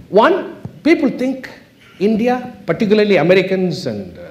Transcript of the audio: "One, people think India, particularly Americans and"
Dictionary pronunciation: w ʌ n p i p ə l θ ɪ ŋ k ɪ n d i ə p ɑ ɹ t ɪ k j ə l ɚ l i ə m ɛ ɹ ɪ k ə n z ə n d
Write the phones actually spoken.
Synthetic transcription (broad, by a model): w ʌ n p i p ə l t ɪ ŋ k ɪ n d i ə p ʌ ɹ t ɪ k j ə l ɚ l i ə m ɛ ɹ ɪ k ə n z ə n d